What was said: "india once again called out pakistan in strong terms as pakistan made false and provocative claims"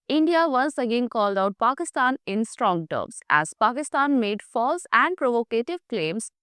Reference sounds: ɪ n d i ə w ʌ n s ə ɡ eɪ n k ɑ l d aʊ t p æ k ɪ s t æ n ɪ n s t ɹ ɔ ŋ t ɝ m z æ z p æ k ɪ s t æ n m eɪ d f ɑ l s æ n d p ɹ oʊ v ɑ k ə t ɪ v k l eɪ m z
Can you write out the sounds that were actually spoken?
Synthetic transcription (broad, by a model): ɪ n d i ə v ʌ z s ə ɡ eɪ n k ɑ l d aʊ t p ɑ k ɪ s t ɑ n ɪ n s t ɹ ɔ ŋ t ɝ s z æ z p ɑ k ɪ s t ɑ n m eɪ d f ɑ l s æ n d p ɹ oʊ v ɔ k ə t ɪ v k l eɪ m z